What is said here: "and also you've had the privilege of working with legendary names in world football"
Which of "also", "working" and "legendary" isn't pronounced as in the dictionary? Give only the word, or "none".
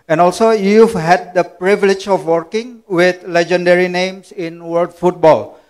none